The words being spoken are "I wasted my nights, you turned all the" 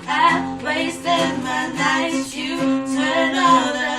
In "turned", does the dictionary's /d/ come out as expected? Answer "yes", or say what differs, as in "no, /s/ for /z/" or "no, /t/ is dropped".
no, /d/ is dropped